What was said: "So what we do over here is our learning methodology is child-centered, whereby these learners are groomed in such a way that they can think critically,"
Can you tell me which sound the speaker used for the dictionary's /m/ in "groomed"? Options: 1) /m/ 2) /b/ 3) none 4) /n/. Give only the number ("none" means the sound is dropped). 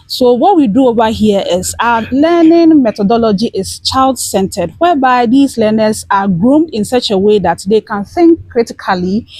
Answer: 1